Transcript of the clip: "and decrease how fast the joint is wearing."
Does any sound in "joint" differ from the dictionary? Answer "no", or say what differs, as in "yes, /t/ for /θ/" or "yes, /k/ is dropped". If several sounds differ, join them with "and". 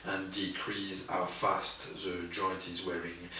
yes, /n/ is dropped